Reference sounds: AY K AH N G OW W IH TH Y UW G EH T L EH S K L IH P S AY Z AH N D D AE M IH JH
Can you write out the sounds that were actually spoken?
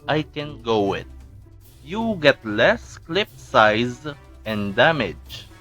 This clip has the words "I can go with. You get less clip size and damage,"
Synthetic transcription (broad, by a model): AY K AH N G OW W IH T Y UW G EH T L EH S K L IH P S AY Z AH N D D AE M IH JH